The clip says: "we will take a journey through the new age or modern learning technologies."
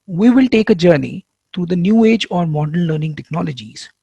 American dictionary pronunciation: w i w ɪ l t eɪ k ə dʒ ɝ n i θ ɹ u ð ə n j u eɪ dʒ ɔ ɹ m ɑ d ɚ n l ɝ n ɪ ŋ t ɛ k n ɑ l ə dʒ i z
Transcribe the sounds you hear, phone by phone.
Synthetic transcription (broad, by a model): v i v ɪ l t eɪ k ə dʒ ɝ n i t ɹ u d ə n j u eɪ dʒ ɔ ɹ m ɑ d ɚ n l ɝ n ɪ ŋ t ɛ k n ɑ l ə dʒ i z